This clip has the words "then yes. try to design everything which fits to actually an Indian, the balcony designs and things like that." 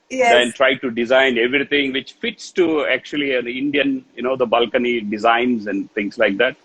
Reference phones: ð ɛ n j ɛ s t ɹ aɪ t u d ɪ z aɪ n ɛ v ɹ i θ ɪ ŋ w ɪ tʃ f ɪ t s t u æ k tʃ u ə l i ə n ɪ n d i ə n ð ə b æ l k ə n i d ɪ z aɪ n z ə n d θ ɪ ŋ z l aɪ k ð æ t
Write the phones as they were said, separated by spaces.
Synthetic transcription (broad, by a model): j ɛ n t ɹ aɪ t u d ɪ z aɪ n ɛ v ɹ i t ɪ ŋ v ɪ tʃ f ɪ t s t u æ k tʃ u ə l i ə n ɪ n d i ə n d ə b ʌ l k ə n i d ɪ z aɪ n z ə n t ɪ ŋ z l aɪ k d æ t